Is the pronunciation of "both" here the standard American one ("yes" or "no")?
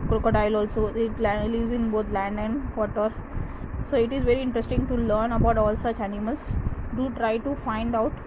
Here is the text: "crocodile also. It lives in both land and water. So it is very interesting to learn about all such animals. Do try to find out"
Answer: no